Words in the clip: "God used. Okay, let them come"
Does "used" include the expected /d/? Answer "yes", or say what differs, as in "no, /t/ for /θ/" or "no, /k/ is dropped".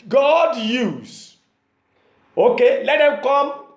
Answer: no, /d/ is dropped